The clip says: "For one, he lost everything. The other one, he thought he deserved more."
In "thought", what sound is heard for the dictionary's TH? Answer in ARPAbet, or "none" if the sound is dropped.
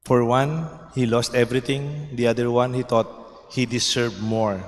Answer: T